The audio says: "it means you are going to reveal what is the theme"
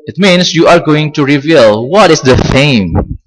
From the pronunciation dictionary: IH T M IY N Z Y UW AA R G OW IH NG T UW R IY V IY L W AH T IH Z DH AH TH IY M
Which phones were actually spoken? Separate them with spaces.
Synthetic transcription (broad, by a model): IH T M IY N S Y UW AA R G OW IH NG T UW R IY V IY L W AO T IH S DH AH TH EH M